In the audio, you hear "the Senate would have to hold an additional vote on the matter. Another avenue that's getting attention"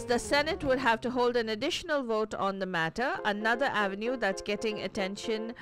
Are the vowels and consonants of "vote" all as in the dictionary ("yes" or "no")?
yes